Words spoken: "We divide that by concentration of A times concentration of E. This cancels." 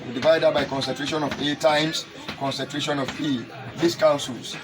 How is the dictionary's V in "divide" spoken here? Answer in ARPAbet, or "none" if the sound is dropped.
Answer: V